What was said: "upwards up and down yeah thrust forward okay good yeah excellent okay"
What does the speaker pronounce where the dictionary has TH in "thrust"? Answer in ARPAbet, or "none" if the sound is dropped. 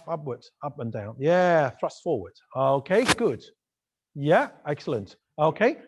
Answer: TH